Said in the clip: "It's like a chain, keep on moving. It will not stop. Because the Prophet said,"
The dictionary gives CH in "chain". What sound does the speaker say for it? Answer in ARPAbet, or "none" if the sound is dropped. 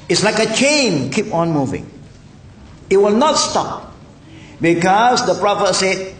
CH